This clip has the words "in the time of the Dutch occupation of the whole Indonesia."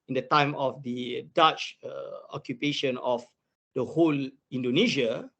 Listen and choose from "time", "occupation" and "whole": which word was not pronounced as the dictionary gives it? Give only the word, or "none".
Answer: none